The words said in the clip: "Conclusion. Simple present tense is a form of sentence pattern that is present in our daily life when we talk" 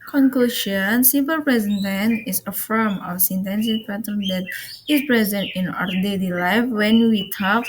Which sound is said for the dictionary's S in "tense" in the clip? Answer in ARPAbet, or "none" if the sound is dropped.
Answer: none